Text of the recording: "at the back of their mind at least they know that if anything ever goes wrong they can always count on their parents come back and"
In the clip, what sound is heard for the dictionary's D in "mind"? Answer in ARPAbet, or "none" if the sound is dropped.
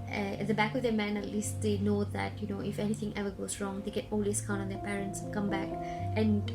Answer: none